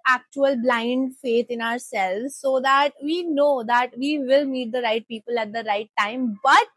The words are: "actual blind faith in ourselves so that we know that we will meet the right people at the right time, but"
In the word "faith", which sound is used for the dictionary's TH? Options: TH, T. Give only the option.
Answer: T